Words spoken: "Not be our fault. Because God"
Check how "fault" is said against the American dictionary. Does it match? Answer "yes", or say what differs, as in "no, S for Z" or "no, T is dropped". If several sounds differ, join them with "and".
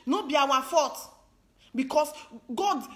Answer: no, L is dropped